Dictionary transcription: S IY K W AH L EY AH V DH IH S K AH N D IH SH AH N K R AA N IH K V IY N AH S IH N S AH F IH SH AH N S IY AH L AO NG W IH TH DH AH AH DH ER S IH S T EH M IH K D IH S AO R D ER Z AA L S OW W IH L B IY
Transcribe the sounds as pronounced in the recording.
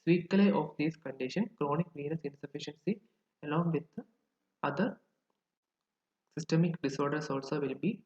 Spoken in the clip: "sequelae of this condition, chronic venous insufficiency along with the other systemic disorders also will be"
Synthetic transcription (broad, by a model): S IY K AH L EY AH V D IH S K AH N D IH SH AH N K R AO N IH K V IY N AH S IH N S AH F IH SH AH N S IY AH L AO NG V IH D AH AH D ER S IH S T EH M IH K D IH S AO R D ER S AA L S OW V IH L B IY